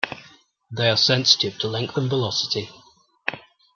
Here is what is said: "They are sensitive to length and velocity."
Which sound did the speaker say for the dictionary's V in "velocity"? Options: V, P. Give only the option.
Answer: V